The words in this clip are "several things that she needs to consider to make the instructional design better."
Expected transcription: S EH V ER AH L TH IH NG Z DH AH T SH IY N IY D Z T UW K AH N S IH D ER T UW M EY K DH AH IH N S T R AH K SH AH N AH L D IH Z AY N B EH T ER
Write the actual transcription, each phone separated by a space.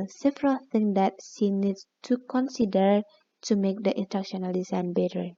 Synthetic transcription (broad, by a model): S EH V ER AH L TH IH NG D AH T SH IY N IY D S T UW K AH N S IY D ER T UW M EY K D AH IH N T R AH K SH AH N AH L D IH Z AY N B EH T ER